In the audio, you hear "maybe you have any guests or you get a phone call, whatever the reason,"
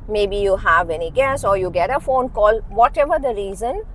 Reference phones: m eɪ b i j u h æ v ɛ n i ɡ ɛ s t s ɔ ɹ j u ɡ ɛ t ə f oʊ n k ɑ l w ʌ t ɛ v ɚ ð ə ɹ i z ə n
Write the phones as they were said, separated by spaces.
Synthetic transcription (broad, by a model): m eɪ b i j u h æ v ɛ n i ɡ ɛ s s ɔ ɹ j u ɡ ɛ t ə f oʊ n k ɑ l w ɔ t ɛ v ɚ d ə ɹ i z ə n